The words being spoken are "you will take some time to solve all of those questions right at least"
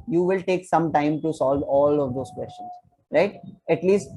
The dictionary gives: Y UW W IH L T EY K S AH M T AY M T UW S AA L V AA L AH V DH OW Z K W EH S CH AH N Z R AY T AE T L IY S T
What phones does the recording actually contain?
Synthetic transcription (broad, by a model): Y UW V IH L T EY K S AH M T AY M T UW S AA L V AA L AH V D OW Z K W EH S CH AH N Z R AY T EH T L IY S T